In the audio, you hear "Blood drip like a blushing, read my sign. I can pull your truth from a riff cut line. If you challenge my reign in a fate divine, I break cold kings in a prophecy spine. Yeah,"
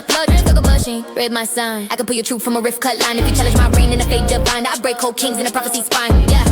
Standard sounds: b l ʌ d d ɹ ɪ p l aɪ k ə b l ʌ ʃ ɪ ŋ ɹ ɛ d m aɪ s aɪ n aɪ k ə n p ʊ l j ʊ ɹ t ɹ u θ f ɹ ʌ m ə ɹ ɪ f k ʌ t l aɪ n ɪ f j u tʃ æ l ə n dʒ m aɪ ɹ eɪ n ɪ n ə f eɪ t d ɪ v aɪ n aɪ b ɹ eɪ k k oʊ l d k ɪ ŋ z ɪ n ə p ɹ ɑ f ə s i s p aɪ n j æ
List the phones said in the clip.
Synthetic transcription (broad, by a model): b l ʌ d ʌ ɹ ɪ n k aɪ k ə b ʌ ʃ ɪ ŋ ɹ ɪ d m aɪ s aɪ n aɪ k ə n p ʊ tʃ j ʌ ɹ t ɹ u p f ɹ ʌ m ə ɹ ɪ f k ʌ t l aɪ n ɪ f j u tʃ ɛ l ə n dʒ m aɪ ɹ eɪ n ɪ n ə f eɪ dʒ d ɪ b aɪ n aɪ b ɹ eɪ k k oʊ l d k ɪ ŋ z ɪ n ə p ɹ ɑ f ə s i s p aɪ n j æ